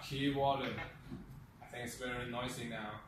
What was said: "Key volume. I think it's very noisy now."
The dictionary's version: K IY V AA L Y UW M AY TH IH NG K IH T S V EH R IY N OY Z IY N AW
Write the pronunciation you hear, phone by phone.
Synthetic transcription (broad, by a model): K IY W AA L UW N AY TH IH NG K IH T S V EH R IY N OY S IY N AW